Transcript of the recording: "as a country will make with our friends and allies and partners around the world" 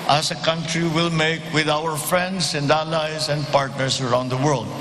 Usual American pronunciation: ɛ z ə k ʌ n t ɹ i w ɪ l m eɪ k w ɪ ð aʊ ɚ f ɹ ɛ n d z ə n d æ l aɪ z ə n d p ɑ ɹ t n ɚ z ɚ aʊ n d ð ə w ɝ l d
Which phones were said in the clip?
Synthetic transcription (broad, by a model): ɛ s ə k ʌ n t ɹ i w ɪ l m eɪ k w ɪ ð aʊ ɚ f ɹ ɛ n d s ə n d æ l aɪ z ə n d p ɑ ɹ t n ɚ s ɚ aʊ n d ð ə w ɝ l d